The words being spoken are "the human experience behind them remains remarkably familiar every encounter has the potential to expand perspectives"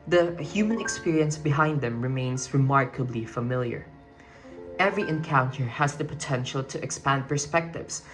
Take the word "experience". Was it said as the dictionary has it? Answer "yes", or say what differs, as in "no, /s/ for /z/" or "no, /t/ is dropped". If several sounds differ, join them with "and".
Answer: yes